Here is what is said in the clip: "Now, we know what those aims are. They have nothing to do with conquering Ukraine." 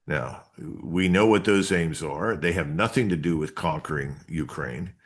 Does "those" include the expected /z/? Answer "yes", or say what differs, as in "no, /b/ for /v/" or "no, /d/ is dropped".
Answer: yes